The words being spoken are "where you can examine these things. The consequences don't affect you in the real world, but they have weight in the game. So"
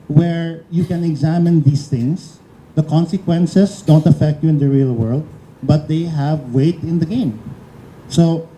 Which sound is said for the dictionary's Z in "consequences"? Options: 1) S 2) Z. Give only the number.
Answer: 1